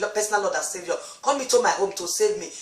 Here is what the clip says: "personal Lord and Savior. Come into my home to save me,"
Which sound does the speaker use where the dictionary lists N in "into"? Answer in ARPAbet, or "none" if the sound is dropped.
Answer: none